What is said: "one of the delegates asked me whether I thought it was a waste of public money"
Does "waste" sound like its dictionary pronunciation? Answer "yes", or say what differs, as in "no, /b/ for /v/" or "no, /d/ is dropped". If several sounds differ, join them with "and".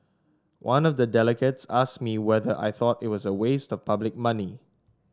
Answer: yes